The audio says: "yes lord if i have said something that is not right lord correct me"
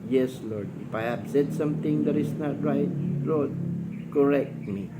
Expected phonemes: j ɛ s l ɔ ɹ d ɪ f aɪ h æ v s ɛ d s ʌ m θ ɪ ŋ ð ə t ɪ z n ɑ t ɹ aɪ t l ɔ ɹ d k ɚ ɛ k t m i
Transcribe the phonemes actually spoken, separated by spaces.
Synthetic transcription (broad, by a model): j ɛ s l ɔ ɹ d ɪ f aɪ h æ b s ɛ d s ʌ m t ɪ ŋ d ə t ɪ s n ɑ t ɹ aɪ t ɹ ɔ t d k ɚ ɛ k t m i